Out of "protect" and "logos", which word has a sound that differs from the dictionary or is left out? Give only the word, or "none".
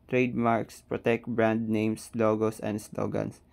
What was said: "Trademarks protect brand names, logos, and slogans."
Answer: logos